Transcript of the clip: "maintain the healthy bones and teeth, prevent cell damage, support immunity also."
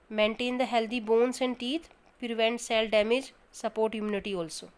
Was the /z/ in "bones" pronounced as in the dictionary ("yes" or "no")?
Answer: no